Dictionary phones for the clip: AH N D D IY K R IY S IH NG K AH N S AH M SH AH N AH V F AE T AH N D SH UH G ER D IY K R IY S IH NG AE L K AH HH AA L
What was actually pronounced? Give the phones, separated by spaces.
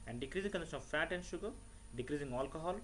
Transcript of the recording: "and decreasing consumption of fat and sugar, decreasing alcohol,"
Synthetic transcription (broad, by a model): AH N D D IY K R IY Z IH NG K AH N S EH SH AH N AH V F AE T AH N D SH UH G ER D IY K R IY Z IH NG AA L K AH HH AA L